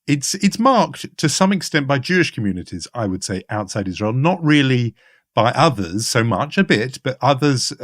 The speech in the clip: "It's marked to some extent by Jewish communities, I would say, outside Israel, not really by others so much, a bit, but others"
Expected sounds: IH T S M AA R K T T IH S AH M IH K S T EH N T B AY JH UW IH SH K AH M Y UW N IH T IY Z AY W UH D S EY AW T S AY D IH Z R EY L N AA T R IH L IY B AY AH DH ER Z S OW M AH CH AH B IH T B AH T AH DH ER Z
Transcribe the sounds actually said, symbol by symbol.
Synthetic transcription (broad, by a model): IH T S M AA R K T T IH S AH M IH K S T EH N B AY JH UW IH SH K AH M Y UW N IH T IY Z AY W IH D S EY AW T S AY D IH Z R EY L N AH T R IH L IY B AY AH DH ER Z S OW M AH CH AH B IH T B AH T AH DH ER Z